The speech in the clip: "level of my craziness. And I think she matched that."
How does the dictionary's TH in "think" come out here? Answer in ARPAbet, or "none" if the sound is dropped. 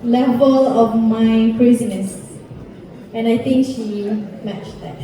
T